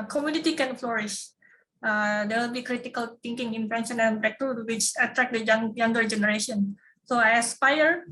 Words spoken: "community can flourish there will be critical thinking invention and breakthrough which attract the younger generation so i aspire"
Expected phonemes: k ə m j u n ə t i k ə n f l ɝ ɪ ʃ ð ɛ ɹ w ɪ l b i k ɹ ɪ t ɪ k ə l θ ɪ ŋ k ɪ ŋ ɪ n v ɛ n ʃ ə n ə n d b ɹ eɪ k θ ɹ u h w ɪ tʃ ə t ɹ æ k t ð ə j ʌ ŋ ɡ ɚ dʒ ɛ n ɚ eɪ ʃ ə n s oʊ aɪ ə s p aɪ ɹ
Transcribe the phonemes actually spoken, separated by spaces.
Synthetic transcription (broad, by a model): k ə m j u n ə t i k ə n f l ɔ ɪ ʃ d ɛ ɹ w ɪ l b i k ɹ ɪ t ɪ k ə l t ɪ ŋ k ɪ ŋ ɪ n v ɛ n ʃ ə n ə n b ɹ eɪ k t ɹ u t w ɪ tʃ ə t ɹ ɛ k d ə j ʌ ŋ ɡ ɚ dʒ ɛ n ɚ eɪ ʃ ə n s oʊ aɪ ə s p aɪ ɹ